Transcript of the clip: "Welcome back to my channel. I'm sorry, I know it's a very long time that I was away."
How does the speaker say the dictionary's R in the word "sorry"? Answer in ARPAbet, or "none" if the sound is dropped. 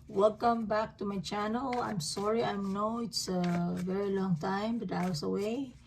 R